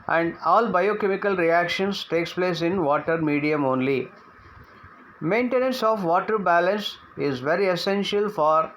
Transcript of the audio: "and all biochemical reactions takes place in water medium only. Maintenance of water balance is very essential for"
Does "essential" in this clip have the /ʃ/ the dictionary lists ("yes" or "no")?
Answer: yes